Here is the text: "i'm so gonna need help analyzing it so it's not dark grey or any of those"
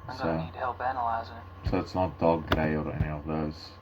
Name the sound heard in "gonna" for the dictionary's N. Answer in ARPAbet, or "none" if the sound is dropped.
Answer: none